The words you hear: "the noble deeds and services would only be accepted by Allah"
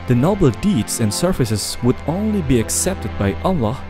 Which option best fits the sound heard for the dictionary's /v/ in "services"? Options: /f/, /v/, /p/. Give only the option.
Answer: /f/